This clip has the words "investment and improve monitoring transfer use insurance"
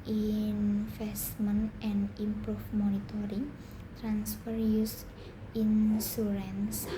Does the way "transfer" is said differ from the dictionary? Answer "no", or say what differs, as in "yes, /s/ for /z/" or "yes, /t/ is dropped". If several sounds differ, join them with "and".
no